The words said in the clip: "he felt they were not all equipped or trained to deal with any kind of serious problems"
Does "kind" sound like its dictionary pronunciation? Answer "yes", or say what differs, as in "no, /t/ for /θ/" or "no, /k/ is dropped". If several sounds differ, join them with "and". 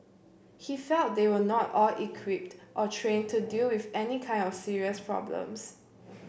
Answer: yes